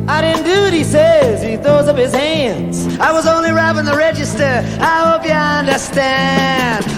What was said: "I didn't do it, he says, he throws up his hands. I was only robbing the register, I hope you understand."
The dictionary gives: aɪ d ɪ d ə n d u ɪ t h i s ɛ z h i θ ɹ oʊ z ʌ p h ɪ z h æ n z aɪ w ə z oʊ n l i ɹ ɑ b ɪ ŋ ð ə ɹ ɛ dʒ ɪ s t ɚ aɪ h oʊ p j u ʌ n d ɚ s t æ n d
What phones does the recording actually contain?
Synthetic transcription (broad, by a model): aɪ d ɪ d n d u ɪ t h i s ɛ z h i θ ɹ oʊ z ʌ p h ɪ z h æ n z aɪ w ə z oʊ n l i ɹ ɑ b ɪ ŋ ð ə ɹ ɛ dʒ ɪ s t ɚ aɪ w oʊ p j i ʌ n d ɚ s t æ n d